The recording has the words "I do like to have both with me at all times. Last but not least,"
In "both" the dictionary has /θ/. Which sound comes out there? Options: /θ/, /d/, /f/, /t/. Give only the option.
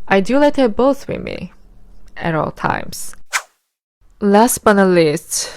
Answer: /θ/